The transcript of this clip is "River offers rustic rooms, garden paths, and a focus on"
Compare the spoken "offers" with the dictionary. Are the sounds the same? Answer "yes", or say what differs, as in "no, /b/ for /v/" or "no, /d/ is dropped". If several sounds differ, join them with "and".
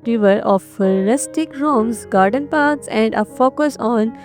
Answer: no, /z/ is dropped